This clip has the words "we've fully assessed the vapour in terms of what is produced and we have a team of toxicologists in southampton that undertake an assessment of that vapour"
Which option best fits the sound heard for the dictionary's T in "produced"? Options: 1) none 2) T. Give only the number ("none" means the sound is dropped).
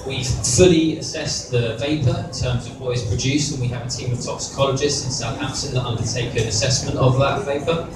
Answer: 1